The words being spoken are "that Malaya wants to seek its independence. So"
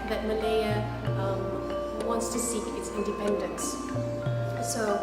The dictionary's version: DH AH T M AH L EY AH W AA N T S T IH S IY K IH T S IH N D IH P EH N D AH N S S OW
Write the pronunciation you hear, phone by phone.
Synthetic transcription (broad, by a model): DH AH T M AH L EY AH W AA N T S T IH S IY K IH T S IH N D IH P EH N D AH N S S OW